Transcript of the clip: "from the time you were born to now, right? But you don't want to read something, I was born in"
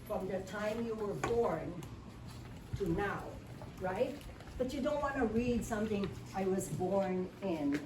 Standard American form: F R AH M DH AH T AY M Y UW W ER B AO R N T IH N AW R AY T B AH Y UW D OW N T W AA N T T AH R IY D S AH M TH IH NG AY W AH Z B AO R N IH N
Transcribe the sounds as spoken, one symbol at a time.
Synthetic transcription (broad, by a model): F R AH M DH AH T AY M Y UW W ER B AO R N T IH N AW R AY T B AH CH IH D OW N T W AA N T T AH R IY D S AH M TH IH NG AY W AH Z B AO R N IH N